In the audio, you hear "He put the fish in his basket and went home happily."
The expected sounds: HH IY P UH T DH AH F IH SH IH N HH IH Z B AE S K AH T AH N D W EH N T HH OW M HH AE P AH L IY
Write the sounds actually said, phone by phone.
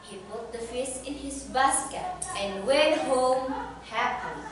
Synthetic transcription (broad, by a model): HH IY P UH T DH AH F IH S IH N HH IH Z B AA S K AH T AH N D W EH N HH OW M HH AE P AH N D